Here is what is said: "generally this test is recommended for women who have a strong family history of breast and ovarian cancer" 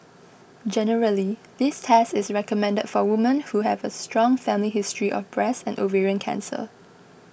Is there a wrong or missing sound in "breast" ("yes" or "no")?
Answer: yes